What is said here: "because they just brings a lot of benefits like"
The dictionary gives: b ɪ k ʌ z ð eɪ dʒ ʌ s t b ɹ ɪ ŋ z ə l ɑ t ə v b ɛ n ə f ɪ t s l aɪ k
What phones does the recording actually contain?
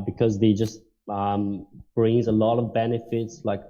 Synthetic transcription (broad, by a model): b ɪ k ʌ z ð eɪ dʒ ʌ s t b ɹ ɪ ŋ z ə l ɑ t ə v b ɛ n ə f ɪ t s l aɪ k